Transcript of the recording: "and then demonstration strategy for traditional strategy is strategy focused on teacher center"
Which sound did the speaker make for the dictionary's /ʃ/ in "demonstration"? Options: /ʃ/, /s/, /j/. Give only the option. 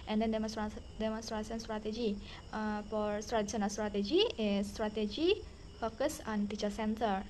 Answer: /s/